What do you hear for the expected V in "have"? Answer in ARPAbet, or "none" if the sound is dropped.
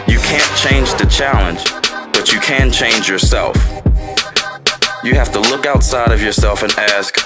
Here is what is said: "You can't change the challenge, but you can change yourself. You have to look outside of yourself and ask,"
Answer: F